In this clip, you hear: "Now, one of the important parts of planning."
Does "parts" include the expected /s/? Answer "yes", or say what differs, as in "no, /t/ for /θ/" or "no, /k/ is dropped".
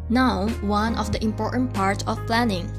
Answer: no, /s/ is dropped